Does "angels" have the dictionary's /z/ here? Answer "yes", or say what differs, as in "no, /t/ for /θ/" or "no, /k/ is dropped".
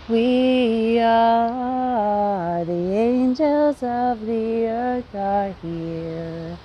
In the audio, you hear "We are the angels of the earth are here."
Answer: yes